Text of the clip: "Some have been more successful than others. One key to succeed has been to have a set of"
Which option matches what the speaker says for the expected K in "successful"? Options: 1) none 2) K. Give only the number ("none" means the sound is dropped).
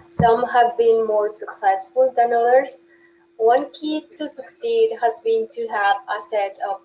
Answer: 2